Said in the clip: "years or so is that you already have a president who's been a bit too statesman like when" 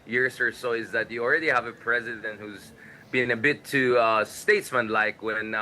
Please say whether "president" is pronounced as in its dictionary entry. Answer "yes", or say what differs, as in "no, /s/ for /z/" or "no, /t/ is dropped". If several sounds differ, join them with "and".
yes